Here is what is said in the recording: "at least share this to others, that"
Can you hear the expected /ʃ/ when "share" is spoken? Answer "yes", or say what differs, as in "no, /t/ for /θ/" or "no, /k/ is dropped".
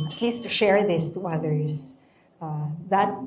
yes